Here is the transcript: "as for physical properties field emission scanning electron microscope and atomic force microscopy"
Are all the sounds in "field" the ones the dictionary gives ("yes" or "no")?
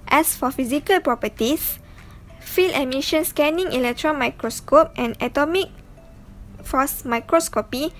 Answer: no